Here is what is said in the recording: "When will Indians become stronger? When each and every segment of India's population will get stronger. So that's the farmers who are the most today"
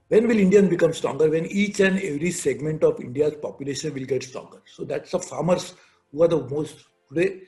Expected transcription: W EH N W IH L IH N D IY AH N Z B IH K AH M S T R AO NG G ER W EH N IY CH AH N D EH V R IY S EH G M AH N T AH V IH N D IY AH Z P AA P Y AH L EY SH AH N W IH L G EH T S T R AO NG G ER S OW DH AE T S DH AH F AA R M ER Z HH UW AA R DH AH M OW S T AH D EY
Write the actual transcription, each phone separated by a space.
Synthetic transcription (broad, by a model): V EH N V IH L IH N D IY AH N B IH K AH M S T R AO NG G ER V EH N IY CH AH N D EH V R IY S EH G M AH N T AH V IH N D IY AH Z P AA P Y AH L EY SH AH N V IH L G EH T S T R AO NG G ER S OW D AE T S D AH F AA R M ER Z HH UW AA R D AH M OW S T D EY